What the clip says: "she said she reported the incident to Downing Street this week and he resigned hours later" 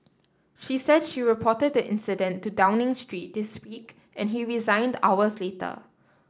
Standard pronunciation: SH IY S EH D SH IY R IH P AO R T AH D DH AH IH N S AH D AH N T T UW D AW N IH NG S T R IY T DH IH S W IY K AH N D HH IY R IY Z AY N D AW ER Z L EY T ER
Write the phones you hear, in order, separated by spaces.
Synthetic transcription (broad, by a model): SH IY S EH D SH IY R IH P AO T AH D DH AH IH N S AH D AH N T T UW D AW N IH NG S T R IY T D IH S W IY K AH N HH IY R IY Z AY N D AW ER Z L EY T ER